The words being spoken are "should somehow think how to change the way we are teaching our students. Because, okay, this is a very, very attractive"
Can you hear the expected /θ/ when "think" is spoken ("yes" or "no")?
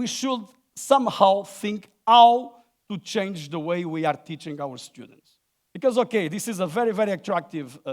yes